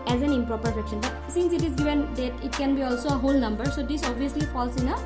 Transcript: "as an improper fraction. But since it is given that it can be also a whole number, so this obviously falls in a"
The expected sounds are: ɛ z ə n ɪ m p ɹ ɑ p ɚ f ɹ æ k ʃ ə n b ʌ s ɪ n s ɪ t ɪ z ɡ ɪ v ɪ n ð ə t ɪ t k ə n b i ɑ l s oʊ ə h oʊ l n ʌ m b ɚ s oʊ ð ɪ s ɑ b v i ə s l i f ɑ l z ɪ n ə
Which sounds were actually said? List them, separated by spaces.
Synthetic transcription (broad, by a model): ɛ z ə n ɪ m p ɹ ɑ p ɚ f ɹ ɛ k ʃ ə n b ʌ s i n s ɪ t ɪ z ɡ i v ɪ n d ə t ɪ t k ə n b i ɑ l s oʊ ə h oʊ l n ʌ m b ɚ s oʊ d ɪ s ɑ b i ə s l i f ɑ l s ɪ n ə